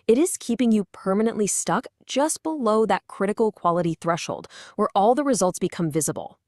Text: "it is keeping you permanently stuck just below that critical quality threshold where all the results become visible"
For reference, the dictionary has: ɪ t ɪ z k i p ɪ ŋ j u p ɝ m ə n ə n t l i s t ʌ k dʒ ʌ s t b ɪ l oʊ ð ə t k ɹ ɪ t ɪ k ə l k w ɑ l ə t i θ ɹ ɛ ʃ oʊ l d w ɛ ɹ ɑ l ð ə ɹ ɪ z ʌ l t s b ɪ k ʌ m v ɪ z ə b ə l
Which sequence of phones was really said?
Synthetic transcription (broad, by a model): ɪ t ɪ z k i p ɪ ŋ j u p ɝ m ə n ə n t l i s t ʌ k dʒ ʌ s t b ɪ l oʊ ð ə t k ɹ ɪ t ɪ k l k w ɑ l ə t i θ ɹ ɛ ʃ oʊ l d w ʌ ɹ ɑ l ð ə ɹ ɪ z ʌ l t s b ɪ k ʌ m v ɪ z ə b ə l